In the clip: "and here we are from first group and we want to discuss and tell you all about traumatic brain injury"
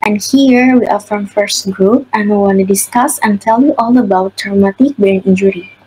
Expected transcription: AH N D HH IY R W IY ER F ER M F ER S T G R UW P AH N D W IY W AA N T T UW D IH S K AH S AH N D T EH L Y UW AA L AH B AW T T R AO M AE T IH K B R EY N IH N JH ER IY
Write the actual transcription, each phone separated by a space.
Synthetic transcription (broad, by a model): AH N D HH IY R W IY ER F ER M F ER S T G R UW P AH N W IY W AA N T T UW D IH S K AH S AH N T EH L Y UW AA L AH B AW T T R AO M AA T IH K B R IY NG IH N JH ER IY